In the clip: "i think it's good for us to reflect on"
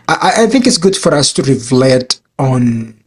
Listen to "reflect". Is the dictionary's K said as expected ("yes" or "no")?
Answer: no